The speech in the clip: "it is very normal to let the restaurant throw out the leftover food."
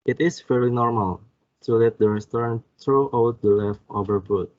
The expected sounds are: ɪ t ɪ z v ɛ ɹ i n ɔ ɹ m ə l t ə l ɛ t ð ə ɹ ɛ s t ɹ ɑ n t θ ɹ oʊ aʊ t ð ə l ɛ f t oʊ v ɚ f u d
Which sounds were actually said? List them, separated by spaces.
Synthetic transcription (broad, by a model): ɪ t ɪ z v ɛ ɹ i n ɔ ɹ m ə l s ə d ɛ t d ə ɹ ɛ s t ɹ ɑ n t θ ɹ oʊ aʊ t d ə l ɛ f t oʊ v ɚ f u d